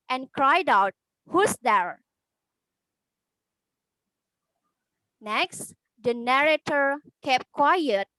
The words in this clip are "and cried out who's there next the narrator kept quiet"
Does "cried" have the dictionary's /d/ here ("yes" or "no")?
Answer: yes